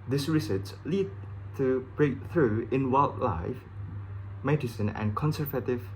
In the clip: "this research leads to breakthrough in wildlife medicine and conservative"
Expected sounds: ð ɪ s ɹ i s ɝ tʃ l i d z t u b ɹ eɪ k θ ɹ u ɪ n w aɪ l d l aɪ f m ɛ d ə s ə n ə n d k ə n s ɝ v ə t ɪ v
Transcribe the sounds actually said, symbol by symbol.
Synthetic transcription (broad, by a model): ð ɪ s ɹ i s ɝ s l i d t u b ɹ eɪ k θ ɹ u ɪ n w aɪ l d l aɪ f m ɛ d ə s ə n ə n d k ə n s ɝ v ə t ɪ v